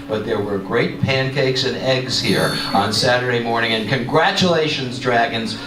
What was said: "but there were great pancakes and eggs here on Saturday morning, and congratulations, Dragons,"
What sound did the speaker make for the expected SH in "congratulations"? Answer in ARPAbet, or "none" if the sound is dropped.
SH